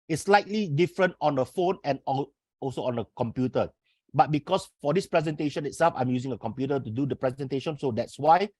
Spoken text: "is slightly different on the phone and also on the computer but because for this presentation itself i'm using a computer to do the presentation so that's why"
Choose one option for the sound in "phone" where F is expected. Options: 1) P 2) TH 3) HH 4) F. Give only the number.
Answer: 4